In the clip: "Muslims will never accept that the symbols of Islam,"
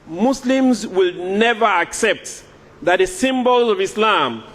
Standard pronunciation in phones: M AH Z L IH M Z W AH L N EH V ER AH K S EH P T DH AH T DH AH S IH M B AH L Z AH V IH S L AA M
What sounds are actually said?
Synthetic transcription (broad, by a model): M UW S L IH M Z W AH L N EH V ER AH K S EH P T DH AH T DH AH S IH M B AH L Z AH V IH S L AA M